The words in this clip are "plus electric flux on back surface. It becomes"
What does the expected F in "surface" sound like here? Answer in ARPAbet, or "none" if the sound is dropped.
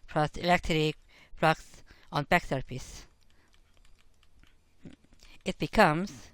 P